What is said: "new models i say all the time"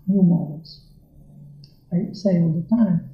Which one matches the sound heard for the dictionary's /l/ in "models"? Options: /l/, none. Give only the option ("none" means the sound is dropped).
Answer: none